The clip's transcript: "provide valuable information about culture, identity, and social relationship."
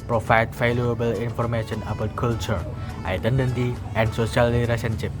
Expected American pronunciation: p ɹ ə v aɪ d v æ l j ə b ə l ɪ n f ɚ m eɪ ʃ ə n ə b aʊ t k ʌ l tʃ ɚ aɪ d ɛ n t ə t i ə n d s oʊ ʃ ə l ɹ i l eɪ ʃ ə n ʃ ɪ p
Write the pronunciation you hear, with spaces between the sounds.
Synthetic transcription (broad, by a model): p ɹ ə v aɪ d f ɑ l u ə b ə l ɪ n f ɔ m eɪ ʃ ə n ə b aʊ t k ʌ l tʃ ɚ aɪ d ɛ n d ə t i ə n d s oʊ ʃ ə l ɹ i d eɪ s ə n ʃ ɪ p